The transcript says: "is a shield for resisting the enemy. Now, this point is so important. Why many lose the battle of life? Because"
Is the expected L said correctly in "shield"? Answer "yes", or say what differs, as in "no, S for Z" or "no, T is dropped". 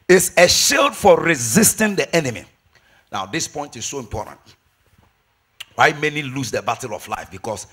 yes